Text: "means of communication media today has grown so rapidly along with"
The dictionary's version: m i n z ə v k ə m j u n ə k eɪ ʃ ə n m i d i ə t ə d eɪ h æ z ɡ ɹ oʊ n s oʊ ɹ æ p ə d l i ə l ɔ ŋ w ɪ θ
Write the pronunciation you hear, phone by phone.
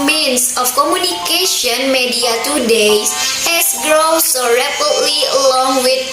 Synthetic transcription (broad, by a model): m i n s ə f k ə m j u n ə k eɪ ʃ ə n m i d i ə t ə d eɪ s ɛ s ɡ ɹ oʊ s oʊ ɹ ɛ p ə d l i ə l ɔ ŋ w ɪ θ